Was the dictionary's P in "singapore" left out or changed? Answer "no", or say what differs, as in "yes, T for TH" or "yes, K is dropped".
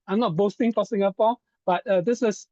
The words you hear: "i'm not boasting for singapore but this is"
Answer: yes, F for P